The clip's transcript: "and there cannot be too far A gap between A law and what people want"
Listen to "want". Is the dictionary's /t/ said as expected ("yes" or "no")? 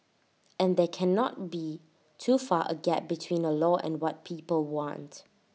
yes